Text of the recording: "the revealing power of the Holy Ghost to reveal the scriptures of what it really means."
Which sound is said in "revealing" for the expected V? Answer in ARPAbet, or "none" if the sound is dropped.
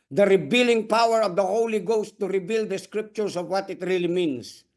B